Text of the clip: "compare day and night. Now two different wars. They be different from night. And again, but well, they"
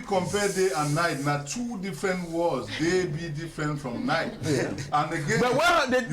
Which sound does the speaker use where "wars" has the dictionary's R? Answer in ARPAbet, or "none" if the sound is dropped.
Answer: L